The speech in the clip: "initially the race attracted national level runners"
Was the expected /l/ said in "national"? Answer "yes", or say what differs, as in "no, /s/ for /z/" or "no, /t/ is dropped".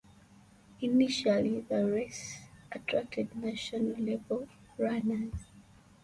no, /n/ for /l/